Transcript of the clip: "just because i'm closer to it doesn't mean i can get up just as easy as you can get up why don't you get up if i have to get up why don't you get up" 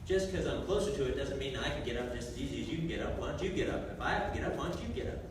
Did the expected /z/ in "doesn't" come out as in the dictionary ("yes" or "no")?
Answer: yes